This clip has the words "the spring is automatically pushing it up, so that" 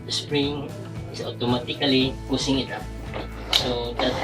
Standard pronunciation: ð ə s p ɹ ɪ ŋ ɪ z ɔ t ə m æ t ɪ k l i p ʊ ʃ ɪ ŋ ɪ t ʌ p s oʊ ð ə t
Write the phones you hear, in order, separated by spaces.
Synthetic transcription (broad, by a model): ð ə s p ɹ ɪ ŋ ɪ s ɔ t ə m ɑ t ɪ k l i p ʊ s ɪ ŋ ɪ t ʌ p s oʊ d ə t